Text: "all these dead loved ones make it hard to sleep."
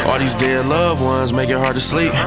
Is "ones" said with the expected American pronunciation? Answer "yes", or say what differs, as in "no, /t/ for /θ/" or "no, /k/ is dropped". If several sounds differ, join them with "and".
yes